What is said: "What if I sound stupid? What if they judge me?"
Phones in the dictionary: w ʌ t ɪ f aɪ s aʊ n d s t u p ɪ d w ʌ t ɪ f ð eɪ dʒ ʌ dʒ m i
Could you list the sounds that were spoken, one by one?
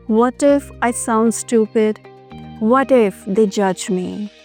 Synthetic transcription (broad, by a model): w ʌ t ɪ f aɪ s aʊ n d s t u p ɪ d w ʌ t ɪ f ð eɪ dʒ ʌ dʒ m i